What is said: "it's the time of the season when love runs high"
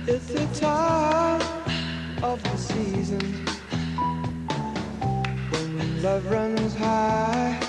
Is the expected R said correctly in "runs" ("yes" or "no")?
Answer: yes